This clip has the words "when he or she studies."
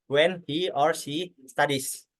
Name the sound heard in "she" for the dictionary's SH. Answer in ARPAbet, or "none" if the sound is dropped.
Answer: S